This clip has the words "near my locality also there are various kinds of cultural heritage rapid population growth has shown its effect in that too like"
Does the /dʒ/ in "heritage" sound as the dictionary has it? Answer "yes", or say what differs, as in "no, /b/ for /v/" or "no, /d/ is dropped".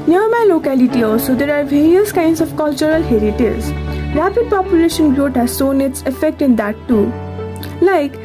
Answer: no, /z/ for /dʒ/